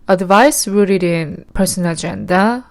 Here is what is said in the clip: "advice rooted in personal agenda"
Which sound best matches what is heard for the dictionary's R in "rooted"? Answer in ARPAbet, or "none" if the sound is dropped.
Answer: W